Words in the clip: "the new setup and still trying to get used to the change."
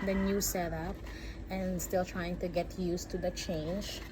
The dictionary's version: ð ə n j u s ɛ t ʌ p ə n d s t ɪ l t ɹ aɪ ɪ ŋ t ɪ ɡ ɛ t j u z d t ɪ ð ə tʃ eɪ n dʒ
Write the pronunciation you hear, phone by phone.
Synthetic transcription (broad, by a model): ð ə n j u s ɛ t ʌ p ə n s t ɪ l t ɹ aɪ ɪ ŋ t ɪ ɡ ɛ t j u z t ɪ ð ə tʃ eɪ n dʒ